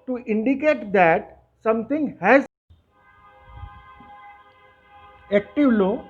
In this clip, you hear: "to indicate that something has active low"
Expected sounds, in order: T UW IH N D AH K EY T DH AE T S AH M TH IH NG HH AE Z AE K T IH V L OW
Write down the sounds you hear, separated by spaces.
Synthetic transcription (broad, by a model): T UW IH N D AH K EY T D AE T S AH M T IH NG HH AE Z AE K T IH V L OW